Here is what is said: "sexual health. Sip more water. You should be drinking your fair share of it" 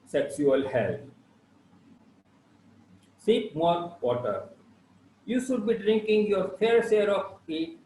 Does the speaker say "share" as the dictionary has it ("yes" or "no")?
no